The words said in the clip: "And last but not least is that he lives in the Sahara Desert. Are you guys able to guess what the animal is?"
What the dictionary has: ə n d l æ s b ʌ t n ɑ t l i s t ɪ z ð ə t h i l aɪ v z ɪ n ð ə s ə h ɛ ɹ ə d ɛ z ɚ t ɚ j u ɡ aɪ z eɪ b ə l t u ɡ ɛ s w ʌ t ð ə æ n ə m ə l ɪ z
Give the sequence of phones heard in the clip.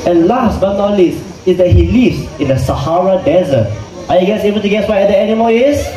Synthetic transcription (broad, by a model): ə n l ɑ s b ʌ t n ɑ l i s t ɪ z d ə t h i l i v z ɪ n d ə s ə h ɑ ɹ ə d ɛ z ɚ t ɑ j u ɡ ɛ s eɪ b ə l t u ɡ ɛ s w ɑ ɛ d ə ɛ n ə m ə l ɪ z